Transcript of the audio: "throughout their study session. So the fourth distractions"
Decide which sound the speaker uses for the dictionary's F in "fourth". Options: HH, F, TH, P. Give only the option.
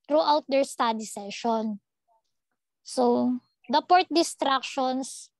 P